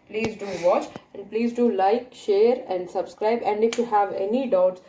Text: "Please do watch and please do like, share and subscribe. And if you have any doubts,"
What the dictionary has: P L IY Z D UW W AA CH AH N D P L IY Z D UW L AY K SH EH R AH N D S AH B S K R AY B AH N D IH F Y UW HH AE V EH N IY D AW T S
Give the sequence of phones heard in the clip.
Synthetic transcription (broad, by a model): P L IY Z D UW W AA CH AH N D P L IY Z D UW L AY K SH EH R AH N D S AH B S K R AY B AH N D IH F Y UW HH AE V EH N IY D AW T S